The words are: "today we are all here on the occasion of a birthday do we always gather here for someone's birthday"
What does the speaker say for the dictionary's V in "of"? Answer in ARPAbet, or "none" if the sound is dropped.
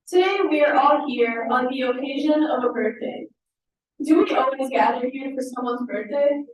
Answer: V